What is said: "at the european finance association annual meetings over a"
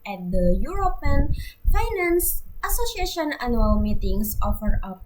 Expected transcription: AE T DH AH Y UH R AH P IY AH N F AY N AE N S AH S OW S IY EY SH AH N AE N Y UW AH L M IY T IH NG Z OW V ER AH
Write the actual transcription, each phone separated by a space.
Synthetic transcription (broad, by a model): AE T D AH Y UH R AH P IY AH N F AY N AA N S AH S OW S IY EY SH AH N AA N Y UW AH L M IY T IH NG S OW F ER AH